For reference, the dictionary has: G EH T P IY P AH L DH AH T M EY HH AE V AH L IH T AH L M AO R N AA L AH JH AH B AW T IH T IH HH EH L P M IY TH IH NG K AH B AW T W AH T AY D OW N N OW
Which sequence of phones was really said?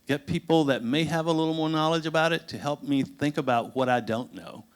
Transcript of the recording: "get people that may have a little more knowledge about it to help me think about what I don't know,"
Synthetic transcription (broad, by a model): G EH T P IY P L DH AH T M EY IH V AH L IH T L M AO R N AA L AH JH AH B AW T IH T IH HH EH L P M IY TH IH NG K AH B AW T W AH T AY D OW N N OW